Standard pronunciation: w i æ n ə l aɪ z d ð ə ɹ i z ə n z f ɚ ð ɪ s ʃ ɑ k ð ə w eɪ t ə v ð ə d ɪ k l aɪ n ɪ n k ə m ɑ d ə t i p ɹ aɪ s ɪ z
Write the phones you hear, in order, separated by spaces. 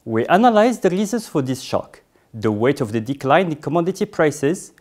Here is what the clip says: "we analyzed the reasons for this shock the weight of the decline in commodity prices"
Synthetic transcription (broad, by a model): w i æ n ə l aɪ z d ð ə ɹ i z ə n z f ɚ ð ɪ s ʃ ɑ k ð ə w eɪ t ə v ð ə d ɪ k l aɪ ɪ n k ə m ɑ d ə t i p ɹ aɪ s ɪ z